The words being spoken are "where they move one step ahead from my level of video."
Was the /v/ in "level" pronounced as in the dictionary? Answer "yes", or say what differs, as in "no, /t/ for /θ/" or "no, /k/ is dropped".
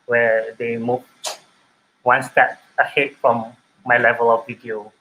yes